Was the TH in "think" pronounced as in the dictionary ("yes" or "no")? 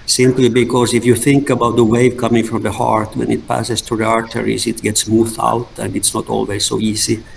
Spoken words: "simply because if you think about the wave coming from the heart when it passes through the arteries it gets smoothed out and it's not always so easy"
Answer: yes